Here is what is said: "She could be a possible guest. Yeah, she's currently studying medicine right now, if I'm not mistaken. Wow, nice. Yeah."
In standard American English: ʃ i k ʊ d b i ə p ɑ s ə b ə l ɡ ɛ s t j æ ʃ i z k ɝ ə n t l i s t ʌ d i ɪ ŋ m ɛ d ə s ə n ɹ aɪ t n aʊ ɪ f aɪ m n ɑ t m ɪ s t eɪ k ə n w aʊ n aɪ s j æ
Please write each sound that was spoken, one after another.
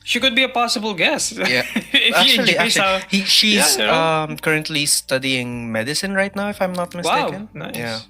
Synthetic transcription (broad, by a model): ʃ i k ʊ d b i ə p ɑ s ə b ə l ɡ ɛ s t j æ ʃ i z k ɝ ə n t l i s t ʌ d i ɪ ŋ m ɛ d ə s ə n ɹ aɪ t n aʊ ɪ f aɪ m n ɑ t m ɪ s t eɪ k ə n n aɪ j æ